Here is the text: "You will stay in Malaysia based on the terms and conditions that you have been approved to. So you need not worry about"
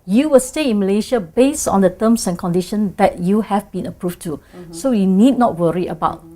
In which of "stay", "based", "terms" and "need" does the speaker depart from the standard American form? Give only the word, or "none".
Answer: terms